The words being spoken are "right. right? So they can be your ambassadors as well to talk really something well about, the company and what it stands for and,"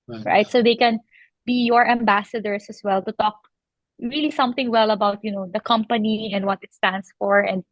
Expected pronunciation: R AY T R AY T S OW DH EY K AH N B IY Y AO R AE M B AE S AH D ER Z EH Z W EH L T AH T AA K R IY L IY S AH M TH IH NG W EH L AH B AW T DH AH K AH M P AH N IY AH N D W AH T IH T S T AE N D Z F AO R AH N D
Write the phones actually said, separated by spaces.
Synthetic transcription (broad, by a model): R R AY T S OW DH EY K AH N B IY Y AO R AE M B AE S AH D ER S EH S W EH L T AH T AA K R IY L IY S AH M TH IH NG W EH L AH B AW T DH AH K AH M P AH N IY AH N D W AH T IH T S T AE N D S F AO R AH N D